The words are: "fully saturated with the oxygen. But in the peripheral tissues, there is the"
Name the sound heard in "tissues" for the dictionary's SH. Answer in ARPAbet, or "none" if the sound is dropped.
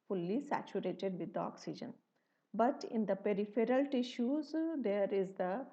SH